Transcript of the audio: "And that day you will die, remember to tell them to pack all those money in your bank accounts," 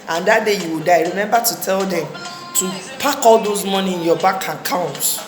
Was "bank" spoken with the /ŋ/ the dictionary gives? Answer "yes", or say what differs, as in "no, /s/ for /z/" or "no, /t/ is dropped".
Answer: no, /ŋ/ is dropped